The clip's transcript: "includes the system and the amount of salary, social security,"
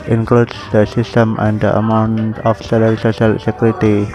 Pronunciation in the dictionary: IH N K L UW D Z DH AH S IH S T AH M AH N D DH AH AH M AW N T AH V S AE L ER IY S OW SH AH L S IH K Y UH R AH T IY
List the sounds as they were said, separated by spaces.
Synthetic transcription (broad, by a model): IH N K L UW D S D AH S IH S T AH M AH N D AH AH M AW N T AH F S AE L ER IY S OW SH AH L S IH K Y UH R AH T IY